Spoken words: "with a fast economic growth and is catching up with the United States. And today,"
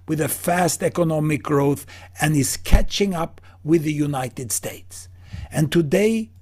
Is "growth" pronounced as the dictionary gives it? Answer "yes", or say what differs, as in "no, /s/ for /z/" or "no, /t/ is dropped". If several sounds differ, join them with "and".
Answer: yes